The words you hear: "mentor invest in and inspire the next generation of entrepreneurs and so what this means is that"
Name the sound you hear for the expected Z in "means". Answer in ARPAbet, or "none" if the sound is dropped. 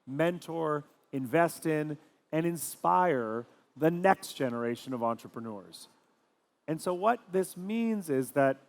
Z